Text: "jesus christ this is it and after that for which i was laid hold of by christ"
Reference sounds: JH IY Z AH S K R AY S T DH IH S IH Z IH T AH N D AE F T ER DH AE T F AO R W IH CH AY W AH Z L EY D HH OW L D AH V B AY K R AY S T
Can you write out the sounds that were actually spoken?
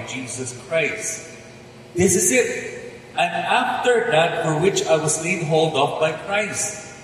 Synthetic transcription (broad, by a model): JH IY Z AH S K R AY S T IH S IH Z IH T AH N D AE F T ER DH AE T F AO R W IH CH AY W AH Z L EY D HH OW L D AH P B AY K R AY S T